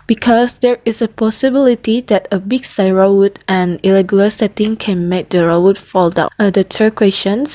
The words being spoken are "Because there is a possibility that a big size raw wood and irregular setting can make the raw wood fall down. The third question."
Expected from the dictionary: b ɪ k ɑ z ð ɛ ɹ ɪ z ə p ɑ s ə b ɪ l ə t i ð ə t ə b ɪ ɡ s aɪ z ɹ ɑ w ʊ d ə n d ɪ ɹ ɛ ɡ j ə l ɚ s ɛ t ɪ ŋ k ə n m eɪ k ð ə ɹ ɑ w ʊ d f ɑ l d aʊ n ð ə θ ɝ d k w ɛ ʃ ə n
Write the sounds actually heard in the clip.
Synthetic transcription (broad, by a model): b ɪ k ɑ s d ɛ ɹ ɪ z ə p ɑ s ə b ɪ l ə t i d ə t ə b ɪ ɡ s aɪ ɹ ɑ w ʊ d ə n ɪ ɹ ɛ ɡ j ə l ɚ s ɛ t ɪ ŋ k ə n m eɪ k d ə ɹ ɑ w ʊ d f ɑ l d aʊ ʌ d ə t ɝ k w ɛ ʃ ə n